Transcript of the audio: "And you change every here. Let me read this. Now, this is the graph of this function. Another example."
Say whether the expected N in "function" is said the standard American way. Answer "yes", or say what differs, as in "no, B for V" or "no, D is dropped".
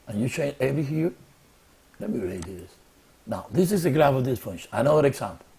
no, N is dropped